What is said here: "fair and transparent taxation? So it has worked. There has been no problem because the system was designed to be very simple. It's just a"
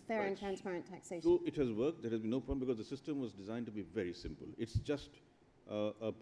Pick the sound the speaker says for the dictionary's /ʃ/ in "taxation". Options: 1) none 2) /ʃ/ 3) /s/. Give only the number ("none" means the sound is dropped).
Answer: 1